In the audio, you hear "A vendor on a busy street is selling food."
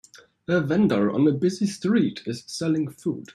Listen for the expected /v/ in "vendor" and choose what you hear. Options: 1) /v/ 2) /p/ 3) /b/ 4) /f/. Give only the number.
1